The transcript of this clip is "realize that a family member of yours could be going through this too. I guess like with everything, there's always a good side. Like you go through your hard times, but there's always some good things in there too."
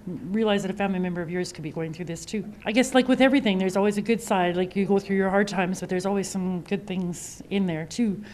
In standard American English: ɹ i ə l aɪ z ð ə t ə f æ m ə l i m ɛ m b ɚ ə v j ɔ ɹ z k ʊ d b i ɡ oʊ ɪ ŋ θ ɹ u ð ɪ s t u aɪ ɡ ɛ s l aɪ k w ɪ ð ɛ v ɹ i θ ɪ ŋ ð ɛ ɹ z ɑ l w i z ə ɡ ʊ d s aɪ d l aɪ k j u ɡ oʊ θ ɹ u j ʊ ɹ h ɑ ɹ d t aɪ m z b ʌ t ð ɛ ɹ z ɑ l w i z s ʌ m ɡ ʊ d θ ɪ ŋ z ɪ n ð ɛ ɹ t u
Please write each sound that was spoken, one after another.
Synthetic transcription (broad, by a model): ɹ i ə l aɪ z ð ə t ə f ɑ ə n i m ɛ m b ɚ ə v j ɔ ɹ z k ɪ d b i ɡ oʊ ɪ ŋ θ ɹ u ð ɪ s t u aɪ ɡ ɛ s l aɪ k w ɪ ð ɛ v ɹ i θ ɪ ŋ ð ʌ ɹ z ɑ l w i z ə ɡ ʊ d s aɪ d l aɪ k j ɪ ɡ oʊ θ ɹ u j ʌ ɹ h ɑ ɹ d t aɪ m z b ʌ t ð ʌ ɹ z ɑ l w i z s ʌ m ɡ ʊ d θ ɪ ŋ z ɪ n ð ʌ ɹ t u